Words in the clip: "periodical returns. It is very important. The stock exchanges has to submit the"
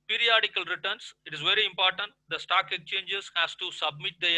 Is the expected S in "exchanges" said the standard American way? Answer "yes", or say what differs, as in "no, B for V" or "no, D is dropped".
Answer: no, S is dropped